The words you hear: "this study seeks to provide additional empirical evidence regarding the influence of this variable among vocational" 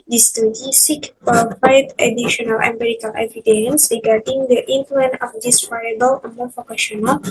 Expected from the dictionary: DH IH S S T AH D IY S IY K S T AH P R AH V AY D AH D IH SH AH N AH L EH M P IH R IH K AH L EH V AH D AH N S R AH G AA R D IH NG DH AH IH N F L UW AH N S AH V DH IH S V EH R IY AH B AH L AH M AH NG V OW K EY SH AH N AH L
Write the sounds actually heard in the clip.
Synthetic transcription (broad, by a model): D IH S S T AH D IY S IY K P AH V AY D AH D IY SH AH N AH L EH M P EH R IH K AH L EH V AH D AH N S R AH G AA R D IH NG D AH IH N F L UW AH N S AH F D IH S F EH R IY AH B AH L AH M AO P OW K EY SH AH N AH L